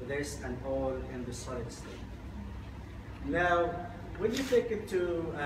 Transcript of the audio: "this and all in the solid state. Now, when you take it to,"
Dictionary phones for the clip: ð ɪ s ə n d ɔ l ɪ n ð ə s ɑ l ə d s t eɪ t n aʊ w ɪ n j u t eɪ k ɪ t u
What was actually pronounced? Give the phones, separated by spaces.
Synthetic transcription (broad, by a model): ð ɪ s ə n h ɔ l ɪ n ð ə s ɑ l ə d s t eɪ t n aʊ w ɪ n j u t eɪ k ɪ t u